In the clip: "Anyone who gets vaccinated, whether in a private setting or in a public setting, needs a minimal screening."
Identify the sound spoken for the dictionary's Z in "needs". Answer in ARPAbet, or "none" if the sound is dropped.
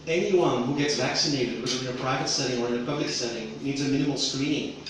Z